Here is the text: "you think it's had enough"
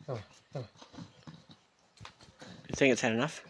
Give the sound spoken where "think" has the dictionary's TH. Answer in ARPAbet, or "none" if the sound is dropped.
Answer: TH